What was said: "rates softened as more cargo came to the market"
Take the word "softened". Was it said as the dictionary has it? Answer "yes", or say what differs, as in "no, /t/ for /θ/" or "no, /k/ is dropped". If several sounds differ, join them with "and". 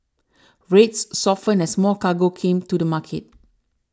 no, /d/ is dropped